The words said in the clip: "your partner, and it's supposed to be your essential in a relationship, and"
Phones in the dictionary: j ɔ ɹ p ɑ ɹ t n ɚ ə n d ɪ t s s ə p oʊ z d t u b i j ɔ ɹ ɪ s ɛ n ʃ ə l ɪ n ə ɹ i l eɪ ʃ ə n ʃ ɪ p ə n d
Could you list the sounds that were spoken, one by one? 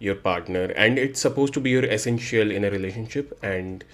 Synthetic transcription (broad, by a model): j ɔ ɹ p ɑ ɹ t n ɚ ə n d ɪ t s s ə p oʊ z t u b i j ɔ ɹ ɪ s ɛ n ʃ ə l ɪ n ə ɹ i l eɪ ʃ ə n ʃ ɪ p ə n d